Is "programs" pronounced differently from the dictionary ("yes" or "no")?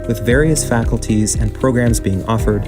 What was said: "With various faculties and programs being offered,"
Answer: no